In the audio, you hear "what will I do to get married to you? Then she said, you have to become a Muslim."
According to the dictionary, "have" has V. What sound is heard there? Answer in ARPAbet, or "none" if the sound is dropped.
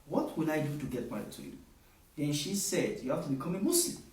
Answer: F